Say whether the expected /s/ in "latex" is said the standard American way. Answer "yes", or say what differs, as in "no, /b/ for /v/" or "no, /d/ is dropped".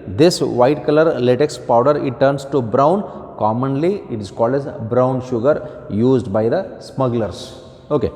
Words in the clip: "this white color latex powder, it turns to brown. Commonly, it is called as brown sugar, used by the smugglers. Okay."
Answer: yes